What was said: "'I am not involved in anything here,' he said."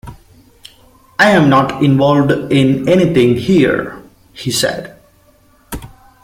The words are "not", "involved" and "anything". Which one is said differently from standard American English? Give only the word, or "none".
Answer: anything